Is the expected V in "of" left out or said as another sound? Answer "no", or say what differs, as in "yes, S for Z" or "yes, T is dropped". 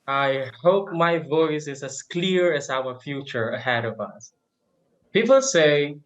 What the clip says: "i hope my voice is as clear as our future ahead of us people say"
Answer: no